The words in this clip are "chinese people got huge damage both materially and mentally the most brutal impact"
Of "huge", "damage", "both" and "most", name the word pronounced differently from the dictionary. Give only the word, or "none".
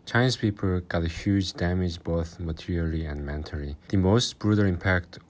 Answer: none